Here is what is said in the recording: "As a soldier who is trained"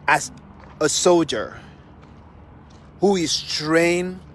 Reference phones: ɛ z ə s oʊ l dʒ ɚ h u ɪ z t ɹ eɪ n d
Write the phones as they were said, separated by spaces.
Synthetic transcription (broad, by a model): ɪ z ə s oʊ l dʒ ɚ h u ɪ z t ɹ eɪ n